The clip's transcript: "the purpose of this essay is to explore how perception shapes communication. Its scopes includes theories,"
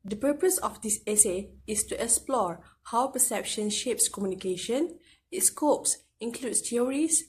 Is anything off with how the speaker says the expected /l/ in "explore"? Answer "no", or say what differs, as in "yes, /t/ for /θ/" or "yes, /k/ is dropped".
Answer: no